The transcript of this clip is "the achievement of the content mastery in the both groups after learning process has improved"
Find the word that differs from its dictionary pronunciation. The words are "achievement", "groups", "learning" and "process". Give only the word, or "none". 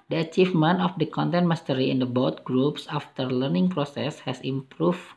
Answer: achievement